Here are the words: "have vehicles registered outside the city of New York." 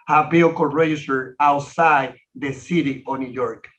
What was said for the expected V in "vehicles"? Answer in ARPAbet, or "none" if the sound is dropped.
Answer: B